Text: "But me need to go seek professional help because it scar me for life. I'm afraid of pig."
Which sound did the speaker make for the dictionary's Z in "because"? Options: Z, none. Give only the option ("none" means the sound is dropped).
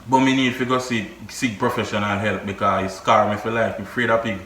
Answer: none